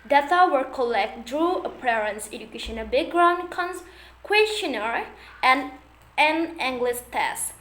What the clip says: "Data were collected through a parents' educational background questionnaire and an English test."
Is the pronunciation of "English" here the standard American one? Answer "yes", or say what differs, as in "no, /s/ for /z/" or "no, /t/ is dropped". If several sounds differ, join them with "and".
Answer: no, /s/ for /ʃ/